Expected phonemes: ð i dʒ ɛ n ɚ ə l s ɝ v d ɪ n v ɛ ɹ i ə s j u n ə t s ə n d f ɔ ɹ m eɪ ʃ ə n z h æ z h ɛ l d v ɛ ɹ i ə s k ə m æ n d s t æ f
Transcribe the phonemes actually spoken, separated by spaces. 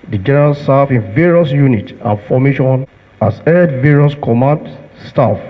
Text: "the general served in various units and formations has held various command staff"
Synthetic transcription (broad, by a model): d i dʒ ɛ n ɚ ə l s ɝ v ɪ n v ɛ ɹ i ə s j u n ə t ə n f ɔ m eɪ ʃ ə n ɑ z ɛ d v ɛ ɹ i ə s k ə m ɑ n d s t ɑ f